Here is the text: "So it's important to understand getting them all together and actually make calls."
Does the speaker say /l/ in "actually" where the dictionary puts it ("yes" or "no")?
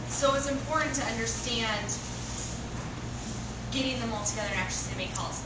no